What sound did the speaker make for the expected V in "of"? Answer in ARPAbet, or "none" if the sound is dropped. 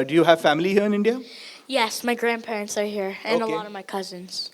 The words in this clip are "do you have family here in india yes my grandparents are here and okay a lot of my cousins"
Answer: V